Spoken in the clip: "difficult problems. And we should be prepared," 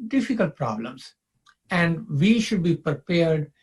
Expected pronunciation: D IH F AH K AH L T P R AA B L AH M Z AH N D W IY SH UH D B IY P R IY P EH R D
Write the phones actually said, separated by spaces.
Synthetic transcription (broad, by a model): D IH F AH K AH L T P R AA B L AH M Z AH N D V IY SH UH D B IY P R P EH R D